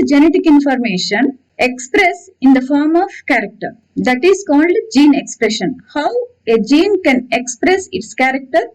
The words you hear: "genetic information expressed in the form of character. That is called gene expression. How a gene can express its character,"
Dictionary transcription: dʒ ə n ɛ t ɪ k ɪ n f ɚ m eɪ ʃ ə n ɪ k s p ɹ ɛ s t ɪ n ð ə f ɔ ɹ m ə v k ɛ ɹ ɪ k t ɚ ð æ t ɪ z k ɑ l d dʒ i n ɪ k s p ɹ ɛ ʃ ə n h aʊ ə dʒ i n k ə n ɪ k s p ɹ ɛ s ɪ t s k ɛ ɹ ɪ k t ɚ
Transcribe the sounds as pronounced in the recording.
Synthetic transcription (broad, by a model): dʒ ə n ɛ t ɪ k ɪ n f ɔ m eɪ ʃ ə n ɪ k s p ɹ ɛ s ɪ n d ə f ɔ ɹ m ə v k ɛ ɹ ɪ k t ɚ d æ t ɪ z k ɑ l d dʒ i n ɪ k s p ɹ ɛ ʃ ə n h aʊ ə dʒ i n k ə n ɪ k s p ɹ ɛ s ɪ t s k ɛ ɹ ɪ k t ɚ